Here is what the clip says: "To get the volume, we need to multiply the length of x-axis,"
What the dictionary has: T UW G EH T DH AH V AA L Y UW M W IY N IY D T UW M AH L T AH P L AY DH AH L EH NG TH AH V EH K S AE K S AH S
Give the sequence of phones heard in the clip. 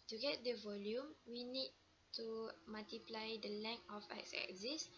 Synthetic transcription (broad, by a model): T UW G EH T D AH V AA L Y UW M W IY N IY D T UW M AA L T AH P L AY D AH L EH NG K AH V EH K S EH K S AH S